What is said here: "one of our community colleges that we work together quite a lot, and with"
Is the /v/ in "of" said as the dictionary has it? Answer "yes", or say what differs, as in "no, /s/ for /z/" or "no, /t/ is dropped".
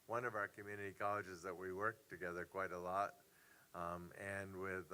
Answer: yes